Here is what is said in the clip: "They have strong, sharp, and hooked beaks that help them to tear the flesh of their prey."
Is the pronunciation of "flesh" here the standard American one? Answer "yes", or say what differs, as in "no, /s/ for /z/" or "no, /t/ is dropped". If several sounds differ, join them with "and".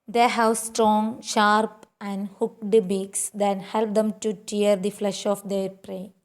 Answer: yes